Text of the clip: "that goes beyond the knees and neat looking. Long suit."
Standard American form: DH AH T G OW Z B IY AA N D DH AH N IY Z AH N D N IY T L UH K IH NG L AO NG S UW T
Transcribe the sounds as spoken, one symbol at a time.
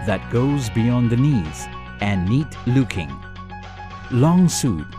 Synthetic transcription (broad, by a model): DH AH T G OW Z B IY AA N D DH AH N IY Z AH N N IY T L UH K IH NG L AO NG S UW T